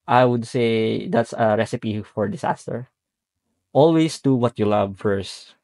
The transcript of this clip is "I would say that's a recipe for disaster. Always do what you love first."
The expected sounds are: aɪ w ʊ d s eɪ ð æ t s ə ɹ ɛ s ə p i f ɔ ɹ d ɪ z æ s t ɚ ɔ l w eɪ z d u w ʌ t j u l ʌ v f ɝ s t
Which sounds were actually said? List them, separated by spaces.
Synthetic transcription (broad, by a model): aɪ w ʊ d s eɪ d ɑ t s ə ɹ ɛ s ə p i f ɔ ɹ d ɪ s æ s t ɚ ɔ l w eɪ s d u w ʌ t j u l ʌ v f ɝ s t